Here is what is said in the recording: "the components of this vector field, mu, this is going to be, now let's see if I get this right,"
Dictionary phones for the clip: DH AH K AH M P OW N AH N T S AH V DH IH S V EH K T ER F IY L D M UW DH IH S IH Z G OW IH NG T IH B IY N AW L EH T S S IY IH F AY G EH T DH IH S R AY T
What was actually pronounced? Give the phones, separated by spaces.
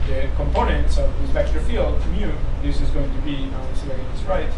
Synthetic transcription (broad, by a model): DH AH K AH M P OW N AH N T S AH V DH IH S P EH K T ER F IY L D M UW DH IH S IH Z G OW IH NG T IH B IY N AW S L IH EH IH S R AY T